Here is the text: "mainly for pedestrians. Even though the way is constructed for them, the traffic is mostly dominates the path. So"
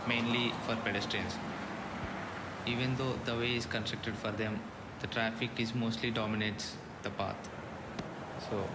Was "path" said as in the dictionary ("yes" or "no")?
no